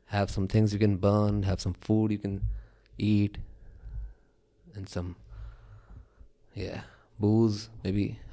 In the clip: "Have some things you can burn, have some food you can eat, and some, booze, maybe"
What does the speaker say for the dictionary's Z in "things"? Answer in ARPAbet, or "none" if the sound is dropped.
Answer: Z